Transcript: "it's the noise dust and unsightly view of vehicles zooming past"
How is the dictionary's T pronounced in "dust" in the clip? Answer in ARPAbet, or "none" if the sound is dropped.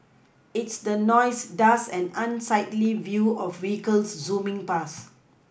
none